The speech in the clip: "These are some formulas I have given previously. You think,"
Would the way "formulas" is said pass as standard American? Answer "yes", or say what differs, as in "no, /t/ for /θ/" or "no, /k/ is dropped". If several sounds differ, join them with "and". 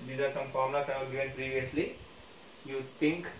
no, /z/ is dropped